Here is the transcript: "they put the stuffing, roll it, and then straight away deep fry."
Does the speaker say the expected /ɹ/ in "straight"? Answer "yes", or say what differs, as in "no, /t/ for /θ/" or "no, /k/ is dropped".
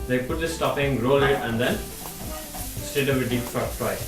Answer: no, /ɹ/ is dropped